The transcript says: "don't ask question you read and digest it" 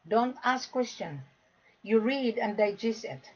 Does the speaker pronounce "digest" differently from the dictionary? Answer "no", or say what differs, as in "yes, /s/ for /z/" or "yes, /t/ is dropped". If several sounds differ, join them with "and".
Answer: yes, /t/ is dropped